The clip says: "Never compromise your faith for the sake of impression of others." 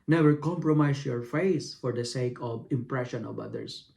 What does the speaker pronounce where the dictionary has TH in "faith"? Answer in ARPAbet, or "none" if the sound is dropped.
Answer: S